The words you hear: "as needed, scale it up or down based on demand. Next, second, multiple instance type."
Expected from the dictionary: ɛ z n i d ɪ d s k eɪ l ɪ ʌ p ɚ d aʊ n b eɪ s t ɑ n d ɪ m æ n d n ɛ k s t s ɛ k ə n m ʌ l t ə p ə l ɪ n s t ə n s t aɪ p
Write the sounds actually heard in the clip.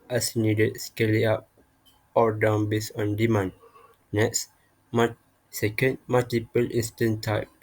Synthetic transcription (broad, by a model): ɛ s n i d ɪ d s k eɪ l ɪ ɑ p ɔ d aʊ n b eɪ s ɑ n d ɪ m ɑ n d n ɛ k s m s ɛ k ə n m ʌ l t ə p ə l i n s t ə n t aɪ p